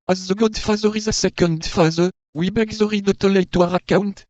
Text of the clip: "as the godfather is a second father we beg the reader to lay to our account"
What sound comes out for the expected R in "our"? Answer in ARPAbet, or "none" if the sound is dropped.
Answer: R